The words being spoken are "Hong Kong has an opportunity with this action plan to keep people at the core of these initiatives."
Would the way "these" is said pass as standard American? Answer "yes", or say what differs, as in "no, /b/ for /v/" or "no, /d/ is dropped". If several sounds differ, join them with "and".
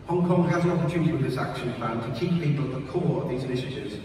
yes